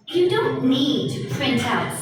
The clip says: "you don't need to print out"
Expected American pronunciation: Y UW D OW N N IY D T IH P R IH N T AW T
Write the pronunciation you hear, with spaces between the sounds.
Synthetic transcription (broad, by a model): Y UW D OW N N IY D T IH P R IH N T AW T